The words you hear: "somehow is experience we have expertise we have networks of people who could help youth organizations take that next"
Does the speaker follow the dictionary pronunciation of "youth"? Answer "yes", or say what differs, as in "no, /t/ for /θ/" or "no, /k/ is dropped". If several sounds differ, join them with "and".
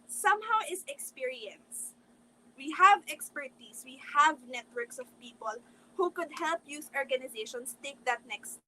no, /s/ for /θ/